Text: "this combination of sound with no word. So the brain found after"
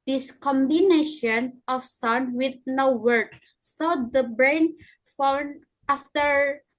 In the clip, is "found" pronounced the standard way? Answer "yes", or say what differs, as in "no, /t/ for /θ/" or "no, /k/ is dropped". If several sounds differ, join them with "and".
no, /d/ is dropped